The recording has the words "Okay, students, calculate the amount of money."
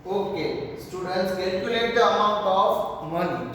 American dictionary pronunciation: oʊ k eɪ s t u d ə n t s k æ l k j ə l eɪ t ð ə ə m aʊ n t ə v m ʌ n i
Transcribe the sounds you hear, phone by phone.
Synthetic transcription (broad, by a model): oʊ k eɪ s t u d ə n t s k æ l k j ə l eɪ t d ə ə m aʊ n t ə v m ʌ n